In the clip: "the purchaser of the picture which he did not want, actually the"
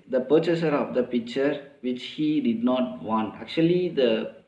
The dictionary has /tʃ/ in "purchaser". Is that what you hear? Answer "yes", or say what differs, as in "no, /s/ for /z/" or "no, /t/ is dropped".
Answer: yes